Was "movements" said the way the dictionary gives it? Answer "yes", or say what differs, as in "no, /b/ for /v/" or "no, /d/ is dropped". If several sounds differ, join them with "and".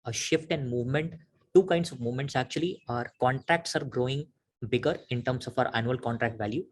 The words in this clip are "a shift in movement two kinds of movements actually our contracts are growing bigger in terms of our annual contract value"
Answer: yes